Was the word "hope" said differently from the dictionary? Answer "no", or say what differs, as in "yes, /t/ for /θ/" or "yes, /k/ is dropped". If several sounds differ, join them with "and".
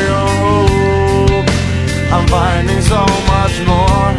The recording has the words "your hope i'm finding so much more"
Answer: yes, /p/ is dropped